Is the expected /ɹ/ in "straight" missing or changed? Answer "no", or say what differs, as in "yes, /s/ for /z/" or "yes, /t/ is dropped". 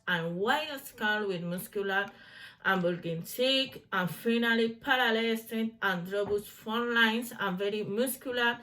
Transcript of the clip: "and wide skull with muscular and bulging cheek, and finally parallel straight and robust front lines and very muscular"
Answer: yes, /ɹ/ is dropped